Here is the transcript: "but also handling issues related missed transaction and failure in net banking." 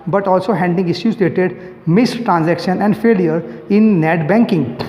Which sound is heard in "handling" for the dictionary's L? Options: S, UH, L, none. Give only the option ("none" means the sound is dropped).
none